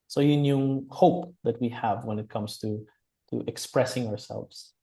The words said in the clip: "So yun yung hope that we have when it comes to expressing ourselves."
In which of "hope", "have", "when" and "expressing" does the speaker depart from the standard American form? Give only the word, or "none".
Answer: none